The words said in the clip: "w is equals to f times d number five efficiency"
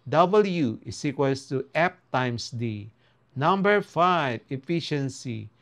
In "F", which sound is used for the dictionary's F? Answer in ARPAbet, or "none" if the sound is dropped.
P